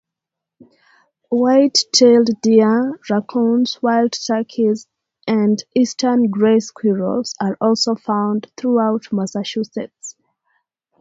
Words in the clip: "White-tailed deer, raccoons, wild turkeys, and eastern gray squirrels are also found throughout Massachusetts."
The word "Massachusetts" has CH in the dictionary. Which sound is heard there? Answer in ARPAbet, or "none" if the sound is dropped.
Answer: SH